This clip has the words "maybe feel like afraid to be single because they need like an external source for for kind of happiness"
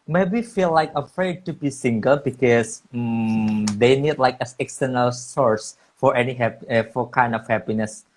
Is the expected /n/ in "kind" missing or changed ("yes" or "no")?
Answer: no